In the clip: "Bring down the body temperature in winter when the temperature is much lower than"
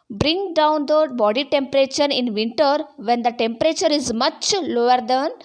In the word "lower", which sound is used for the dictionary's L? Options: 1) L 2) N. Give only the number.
1